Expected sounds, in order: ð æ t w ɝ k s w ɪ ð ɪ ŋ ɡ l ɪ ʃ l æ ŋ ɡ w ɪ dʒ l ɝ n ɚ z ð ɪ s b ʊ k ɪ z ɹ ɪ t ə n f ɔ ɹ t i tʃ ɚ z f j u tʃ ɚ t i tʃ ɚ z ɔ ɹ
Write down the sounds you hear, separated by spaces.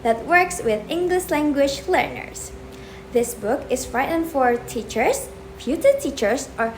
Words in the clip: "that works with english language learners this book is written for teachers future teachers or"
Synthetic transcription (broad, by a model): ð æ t w ɝ k s w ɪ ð ɪ ŋ ɡ l ɪ ʃ l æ ŋ ɡ w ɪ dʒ l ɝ n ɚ s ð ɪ s b ʊ k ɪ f ɹ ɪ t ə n f ɔ ɹ t i tʃ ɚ s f j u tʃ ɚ t i tʃ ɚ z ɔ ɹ